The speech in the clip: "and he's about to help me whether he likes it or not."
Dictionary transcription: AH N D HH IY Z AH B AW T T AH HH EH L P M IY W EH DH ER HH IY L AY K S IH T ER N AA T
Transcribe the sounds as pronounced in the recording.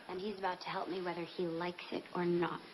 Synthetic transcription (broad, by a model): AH N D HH IY Z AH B AW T T AH HH EH L P M IY W EH DH ER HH IY L AY K S IH T ER N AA T